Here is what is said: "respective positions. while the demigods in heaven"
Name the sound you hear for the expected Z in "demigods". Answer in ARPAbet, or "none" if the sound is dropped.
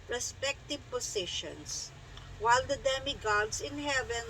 S